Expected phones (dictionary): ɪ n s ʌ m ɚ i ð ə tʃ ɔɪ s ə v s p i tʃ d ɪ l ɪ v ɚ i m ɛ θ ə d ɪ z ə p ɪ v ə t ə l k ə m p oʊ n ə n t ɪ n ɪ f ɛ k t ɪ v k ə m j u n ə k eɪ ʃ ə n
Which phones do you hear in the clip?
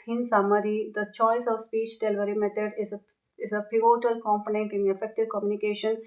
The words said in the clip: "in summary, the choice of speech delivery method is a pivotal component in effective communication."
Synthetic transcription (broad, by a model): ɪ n s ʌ m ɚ i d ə tʃ ɔɪ s ə v s p i tʃ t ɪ l v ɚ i m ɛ t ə d ɪ z ə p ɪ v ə t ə l k ə m p oʊ n ə n t ɪ n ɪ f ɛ k t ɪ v k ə m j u n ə k eɪ ʃ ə n